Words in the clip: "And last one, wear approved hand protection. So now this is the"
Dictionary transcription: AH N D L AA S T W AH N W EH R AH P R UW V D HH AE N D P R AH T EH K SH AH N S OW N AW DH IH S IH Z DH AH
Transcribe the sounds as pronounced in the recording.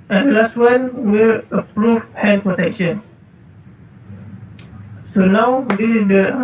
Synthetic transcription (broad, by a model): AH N D L AA S T W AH N W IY L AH P R UW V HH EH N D P R AH T EH K SH AH N S OW N AW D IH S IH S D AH